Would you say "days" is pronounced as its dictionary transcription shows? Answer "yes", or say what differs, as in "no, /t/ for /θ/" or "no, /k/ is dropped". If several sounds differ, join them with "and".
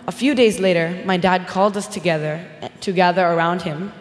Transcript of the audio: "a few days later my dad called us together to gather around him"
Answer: yes